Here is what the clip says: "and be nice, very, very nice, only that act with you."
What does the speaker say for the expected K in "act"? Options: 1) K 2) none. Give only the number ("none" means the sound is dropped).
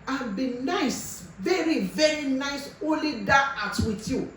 2